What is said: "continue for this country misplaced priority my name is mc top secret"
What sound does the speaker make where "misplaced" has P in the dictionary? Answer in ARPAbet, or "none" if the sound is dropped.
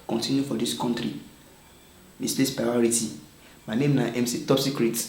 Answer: none